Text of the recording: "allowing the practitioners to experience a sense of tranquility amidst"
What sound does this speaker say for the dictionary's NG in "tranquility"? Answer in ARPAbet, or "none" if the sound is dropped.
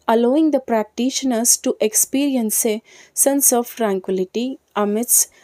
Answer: NG